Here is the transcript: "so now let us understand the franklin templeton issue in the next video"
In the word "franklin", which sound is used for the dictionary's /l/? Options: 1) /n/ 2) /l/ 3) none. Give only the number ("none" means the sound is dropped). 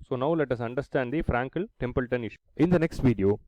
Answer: 3